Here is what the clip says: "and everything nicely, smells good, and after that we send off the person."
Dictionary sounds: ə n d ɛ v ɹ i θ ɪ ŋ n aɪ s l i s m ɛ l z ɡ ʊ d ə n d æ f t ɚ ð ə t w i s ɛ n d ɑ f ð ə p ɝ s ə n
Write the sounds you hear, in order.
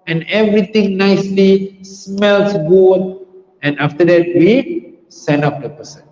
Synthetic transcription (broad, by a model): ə n ɛ v ɹ i t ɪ ŋ n aɪ s l i s m ɛ l s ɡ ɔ ə n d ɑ f t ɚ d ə t w i s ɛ n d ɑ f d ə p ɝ s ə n